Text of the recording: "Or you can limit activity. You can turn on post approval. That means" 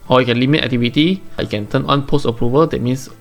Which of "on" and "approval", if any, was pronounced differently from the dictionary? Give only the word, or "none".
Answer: none